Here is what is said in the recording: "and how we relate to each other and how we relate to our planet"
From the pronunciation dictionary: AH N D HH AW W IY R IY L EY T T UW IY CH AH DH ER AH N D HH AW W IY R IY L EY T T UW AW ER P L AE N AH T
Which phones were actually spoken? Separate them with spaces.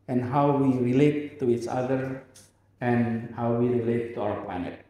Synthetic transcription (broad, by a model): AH N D HH AW W IY R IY L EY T T UW IY CH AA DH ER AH N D HH AW W IY R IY L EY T T UW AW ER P L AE N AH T